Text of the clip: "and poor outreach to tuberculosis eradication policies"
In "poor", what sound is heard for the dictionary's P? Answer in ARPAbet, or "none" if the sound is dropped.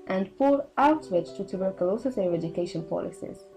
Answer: F